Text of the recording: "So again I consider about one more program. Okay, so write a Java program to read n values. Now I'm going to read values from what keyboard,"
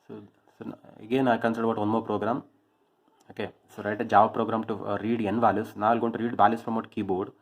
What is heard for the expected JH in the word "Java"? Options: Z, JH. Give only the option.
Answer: JH